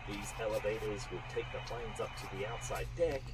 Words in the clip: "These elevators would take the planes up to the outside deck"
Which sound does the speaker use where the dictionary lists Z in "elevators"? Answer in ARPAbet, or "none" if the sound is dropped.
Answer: Z